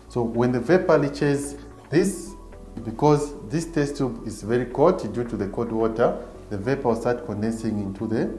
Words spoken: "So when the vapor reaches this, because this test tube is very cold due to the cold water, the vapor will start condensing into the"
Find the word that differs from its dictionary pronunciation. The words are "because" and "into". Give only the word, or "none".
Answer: none